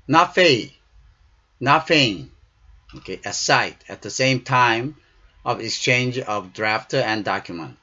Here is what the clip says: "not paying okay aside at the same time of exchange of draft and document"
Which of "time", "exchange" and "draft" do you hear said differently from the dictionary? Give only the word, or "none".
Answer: none